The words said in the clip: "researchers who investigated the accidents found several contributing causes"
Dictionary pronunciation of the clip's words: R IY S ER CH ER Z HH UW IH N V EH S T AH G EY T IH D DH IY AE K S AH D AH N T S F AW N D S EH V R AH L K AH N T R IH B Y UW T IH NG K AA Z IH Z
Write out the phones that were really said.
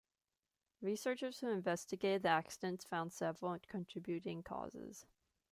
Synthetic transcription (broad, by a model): R IY S ER CH ER Z HH UW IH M V EH S T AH G EY T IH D DH IY AE K S AH D AH N T S F AW N D S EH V L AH N K AH N T R IH B Y UW T IH NG K AA Z IH Z